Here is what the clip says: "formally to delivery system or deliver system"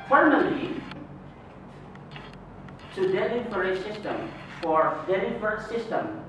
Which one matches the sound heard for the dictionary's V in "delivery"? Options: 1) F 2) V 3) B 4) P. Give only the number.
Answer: 1